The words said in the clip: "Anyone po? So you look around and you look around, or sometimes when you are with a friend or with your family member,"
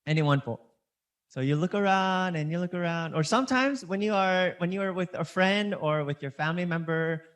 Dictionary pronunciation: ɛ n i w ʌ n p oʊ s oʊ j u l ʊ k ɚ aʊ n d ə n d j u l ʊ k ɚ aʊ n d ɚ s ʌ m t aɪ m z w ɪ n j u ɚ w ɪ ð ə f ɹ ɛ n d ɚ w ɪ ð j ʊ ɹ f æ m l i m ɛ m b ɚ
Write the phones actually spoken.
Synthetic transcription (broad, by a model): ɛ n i w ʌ n f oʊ s oʊ j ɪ l ʊ k ɚ aʊ n d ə n j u l ʊ k ɚ aʊ n d ɚ s ʌ m t aɪ m z w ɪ n j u ɚ w ɪ ð ə f ɹ ɛ n d ɚ w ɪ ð j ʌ ɹ f æ m l i m ɛ m b ɚ